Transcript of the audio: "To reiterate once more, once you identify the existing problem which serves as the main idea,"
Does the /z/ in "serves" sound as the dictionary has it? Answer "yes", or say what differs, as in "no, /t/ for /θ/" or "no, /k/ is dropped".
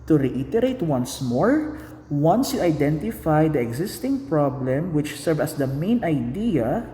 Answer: no, /z/ is dropped